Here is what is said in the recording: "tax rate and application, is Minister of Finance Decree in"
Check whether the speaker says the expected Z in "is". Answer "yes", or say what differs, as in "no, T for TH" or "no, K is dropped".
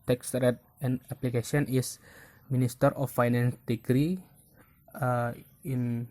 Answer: no, S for Z